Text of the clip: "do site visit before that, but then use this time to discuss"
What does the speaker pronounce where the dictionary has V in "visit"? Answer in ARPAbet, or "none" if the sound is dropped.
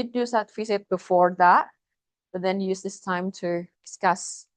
F